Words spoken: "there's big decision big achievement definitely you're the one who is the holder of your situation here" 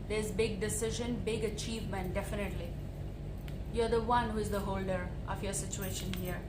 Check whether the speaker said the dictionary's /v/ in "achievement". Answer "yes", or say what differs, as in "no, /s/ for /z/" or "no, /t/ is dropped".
yes